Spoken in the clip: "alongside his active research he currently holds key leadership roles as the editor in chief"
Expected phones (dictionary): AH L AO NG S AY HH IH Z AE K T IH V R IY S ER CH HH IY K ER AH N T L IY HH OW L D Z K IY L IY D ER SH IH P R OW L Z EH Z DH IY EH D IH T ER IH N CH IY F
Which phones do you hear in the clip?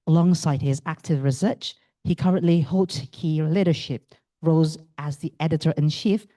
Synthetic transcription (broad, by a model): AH L AO NG S AY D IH Z AE K T IH V R IY S ER CH HH IY K ER AH N T L IY HH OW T K IY L IY D ER SH IH P R OW Z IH Z DH IY EH D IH T ER IH N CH IY F